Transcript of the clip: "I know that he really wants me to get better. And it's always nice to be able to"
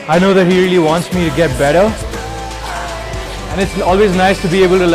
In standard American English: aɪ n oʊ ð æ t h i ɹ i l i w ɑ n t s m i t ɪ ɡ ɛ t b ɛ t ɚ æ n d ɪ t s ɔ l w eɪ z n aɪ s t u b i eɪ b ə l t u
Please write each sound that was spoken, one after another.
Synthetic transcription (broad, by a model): aɪ n oʊ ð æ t h i ɹ i l i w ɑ n t s m i t ɪ ɡ ɛ t b ɛ t ɚ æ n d ɪ t s ɔ l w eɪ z n aɪ s t u b i eɪ b ə l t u